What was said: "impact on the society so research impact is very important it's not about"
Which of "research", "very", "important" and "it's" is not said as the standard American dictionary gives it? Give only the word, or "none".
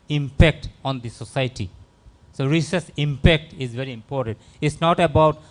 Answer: research